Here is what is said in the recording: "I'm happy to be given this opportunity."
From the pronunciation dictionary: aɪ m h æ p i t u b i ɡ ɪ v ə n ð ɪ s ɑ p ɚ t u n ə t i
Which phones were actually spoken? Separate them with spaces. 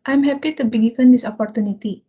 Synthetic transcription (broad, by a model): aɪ m h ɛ p i t u b i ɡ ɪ p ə n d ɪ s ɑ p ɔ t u n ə t i